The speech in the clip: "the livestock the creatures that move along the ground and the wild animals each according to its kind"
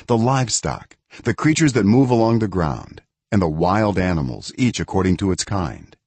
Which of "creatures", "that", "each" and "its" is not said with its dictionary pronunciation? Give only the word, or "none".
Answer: none